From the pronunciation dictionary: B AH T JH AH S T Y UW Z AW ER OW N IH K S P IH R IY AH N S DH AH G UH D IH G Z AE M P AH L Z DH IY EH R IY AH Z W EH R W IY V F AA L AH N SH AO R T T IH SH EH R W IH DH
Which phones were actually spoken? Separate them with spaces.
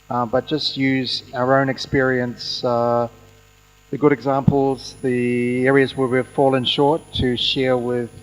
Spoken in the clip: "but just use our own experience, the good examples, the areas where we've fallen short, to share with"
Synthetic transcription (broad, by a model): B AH T JH AH S T Y UW Z AW ER OW N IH K S P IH R IY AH N S DH AH G UH D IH G Z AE M P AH L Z DH IY EH R IY AH Z W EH R W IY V F AA L AH N SH AO R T T IH SH EH R W IH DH